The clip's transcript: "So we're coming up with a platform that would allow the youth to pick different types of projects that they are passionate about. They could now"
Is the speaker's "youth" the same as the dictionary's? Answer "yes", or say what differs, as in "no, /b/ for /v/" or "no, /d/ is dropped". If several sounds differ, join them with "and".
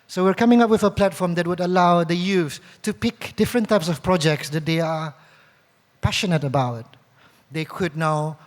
no, /s/ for /θ/